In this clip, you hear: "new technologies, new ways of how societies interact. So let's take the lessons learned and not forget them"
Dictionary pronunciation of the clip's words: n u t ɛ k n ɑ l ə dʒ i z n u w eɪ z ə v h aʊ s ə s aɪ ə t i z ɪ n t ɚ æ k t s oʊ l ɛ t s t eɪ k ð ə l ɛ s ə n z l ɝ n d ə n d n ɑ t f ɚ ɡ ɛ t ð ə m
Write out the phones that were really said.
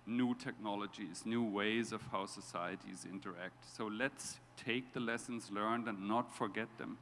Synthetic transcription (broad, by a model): n u t ɛ k n ɑ l ə dʒ i z n u w eɪ z ə v h aʊ s ə s aɪ ə t i z ɪ n t ɚ æ k t s oʊ l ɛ t s t eɪ k ð ə l ɛ s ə n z l ɝ n d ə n n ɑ t f ɚ ɡ ɛ t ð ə m